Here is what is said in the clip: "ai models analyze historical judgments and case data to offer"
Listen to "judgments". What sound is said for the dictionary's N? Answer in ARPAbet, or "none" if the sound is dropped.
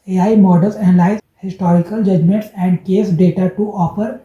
N